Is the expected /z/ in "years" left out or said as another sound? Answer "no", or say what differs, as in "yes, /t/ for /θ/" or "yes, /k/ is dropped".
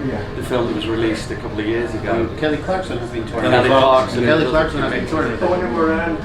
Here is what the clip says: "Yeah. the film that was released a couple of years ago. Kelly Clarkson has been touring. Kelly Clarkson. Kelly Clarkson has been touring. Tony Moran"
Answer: no